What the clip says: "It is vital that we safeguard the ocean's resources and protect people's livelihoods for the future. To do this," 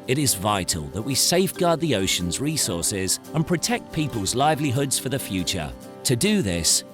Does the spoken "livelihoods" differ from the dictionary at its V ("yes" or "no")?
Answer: no